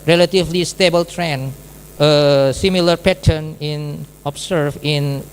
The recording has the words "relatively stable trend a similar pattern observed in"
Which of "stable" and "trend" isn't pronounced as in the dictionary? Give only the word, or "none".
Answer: trend